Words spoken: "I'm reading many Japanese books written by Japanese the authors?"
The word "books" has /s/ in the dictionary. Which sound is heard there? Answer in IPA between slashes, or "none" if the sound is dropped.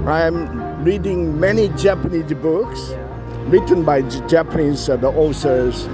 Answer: /s/